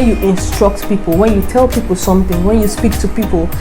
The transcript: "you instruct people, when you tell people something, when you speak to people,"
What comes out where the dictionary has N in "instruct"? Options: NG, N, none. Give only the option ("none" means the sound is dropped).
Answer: N